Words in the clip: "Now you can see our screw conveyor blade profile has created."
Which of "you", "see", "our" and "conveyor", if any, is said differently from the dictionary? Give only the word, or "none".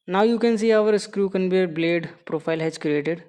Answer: conveyor